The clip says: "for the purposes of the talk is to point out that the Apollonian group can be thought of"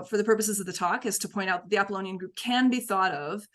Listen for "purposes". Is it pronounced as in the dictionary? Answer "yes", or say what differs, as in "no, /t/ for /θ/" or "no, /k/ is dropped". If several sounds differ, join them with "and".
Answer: yes